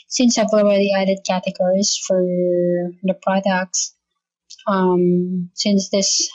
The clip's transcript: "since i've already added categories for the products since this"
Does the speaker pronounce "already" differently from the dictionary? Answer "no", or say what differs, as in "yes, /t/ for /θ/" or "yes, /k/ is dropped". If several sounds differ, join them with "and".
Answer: yes, /ɹ/ is dropped